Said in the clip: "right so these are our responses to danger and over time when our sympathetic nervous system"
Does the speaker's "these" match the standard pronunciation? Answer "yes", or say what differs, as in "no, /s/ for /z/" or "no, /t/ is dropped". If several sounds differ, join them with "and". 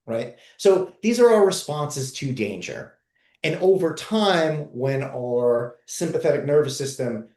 yes